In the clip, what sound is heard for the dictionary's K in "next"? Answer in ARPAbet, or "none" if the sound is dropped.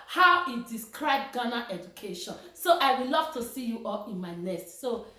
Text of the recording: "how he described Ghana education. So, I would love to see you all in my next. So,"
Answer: none